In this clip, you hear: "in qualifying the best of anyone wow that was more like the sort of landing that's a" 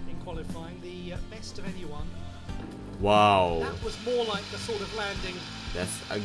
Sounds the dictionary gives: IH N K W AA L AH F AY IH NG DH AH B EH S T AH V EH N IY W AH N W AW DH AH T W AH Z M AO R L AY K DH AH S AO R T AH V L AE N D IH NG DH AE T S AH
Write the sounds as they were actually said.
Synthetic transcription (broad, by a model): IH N K W AA L AH F AY IH NG DH AH B EH S T AH V EH N IY W AH N W AW DH AH T W AH Z M AO R L AY K DH AH S AO R T AH V L AE N D IH NG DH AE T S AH